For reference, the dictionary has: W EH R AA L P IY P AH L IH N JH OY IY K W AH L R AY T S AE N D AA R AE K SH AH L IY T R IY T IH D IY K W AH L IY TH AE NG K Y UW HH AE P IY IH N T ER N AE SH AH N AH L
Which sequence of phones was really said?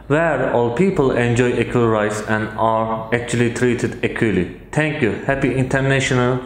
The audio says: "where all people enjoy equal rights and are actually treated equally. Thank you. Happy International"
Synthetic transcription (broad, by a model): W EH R AA L P IY P AH L IH N JH OY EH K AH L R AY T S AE N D AA R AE K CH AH L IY T R IY T IH D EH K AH L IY T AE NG K Y UW HH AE P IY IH N T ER N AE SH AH N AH L